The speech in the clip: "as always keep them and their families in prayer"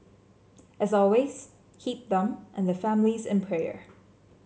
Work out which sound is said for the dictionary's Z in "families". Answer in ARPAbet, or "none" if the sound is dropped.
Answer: Z